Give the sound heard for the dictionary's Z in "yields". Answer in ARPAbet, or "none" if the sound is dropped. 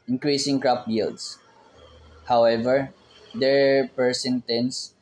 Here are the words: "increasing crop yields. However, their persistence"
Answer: S